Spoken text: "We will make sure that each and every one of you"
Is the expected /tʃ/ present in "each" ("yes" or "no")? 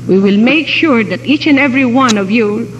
yes